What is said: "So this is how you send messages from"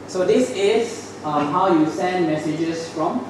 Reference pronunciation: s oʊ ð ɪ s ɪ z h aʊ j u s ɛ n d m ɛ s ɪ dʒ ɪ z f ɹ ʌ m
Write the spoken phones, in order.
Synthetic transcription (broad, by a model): s oʊ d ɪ s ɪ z h aʊ j u s ɛ n d m ɛ s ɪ dʒ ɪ s f ɹ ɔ m